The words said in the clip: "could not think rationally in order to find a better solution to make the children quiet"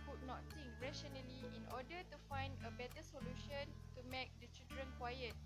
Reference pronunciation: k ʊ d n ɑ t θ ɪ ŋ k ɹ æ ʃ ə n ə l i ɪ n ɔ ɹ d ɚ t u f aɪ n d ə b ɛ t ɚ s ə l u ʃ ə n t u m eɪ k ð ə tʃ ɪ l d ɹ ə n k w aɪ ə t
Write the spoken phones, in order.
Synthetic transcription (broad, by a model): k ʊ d n ɑ t t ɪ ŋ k ɹ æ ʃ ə n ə l i ɪ n ɔ d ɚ t u f aɪ n d ə b ɛ t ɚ s ə l u ʃ ə n t u m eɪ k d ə tʃ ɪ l d ɹ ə n k w aɪ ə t